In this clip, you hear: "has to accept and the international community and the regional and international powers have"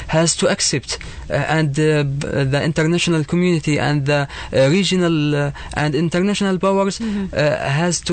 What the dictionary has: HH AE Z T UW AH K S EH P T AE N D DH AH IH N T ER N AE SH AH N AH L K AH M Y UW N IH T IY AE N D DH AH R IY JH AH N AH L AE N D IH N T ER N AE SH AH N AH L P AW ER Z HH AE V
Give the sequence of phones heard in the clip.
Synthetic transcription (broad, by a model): HH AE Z T UW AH K S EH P T AE N D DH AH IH N T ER N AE SH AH N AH L K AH M Y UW N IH T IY AE N D DH AH R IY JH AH N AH L AE N D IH N T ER N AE SH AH N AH L B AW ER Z HH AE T